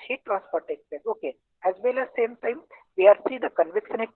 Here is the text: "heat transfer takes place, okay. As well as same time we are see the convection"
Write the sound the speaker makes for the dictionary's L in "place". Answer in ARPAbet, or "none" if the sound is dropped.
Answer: none